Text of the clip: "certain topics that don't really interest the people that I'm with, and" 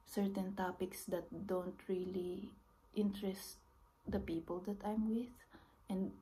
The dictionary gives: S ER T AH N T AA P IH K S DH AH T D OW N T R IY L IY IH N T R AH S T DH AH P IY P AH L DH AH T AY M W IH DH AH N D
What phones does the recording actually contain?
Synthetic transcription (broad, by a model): S ER T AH N T AA P IH K S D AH T D OW N T R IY L IY IH N T R AH S T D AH P IY P AH L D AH T AY M W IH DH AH N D